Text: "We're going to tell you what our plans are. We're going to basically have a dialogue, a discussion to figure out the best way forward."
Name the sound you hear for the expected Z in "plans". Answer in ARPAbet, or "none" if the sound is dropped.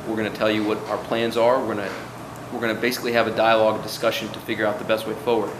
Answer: Z